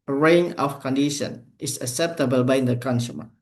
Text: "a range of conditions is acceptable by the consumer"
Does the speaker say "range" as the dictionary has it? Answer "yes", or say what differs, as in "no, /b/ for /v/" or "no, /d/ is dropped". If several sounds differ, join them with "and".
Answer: no, /dʒ/ is dropped